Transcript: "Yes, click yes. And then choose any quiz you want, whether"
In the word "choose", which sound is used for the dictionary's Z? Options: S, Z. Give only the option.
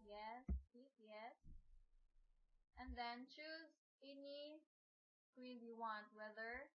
Z